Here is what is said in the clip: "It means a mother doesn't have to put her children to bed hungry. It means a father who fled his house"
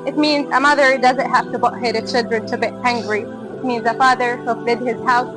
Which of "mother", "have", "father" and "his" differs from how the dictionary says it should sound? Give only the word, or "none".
have